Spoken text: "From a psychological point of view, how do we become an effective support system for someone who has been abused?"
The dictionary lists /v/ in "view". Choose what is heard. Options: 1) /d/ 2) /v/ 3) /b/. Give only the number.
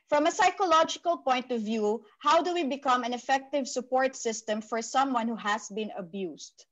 2